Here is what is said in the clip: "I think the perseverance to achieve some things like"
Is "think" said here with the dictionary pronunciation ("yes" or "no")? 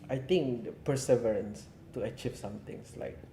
no